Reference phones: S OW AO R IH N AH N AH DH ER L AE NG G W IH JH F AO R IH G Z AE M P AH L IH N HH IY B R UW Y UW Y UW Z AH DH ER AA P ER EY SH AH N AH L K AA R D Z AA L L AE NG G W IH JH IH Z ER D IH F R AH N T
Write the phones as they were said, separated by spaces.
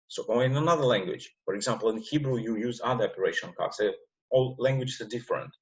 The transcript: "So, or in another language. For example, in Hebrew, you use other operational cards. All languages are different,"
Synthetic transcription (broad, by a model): S OW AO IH IH N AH N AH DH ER L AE NG G W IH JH F AO R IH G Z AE M P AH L IH N HH IY B R UW Y UW Y UW Z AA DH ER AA P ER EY SH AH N K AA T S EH AA L L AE NG G W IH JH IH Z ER D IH F R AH N T